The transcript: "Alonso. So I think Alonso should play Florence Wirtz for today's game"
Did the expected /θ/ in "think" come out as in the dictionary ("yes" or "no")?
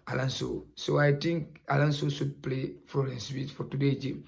no